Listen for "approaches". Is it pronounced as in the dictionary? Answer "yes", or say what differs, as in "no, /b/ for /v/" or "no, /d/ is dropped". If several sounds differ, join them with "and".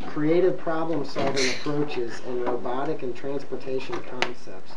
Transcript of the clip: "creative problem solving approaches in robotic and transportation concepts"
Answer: yes